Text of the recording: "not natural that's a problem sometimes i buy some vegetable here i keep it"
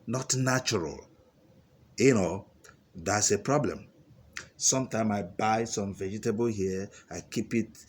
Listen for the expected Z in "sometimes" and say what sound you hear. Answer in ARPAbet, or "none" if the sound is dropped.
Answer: none